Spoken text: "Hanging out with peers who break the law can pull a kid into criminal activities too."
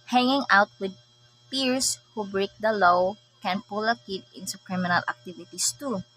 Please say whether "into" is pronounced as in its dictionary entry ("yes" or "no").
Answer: no